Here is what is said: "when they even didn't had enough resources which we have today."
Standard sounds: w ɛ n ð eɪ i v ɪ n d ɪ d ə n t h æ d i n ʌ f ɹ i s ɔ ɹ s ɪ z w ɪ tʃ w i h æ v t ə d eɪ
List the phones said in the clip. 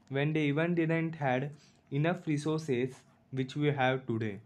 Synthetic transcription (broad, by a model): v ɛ n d eɪ i v ɪ n d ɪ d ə n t h æ d i n ʌ f ɹ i s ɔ ɹ s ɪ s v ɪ tʃ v i h æ v t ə d eɪ